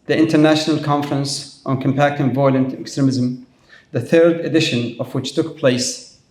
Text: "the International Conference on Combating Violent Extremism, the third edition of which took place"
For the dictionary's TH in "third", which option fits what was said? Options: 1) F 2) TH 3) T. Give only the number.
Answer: 2